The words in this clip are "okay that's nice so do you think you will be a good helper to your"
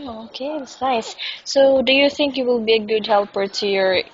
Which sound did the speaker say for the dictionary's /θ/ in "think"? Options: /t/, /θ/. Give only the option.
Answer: /θ/